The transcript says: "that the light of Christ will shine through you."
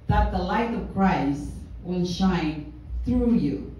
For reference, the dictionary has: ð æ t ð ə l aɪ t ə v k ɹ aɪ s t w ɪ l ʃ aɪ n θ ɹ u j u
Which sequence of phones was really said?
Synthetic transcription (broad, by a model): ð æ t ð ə l aɪ t ə v k ɹ aɪ s t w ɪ n ʃ aɪ n θ ɹ u j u